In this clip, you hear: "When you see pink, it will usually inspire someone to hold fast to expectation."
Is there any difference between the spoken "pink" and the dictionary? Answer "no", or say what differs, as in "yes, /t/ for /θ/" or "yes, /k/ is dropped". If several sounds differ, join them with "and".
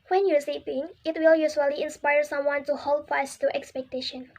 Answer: yes, /k/ is dropped